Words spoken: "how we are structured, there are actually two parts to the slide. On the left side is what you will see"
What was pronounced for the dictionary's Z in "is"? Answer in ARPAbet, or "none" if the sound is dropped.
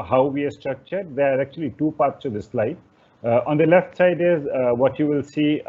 Z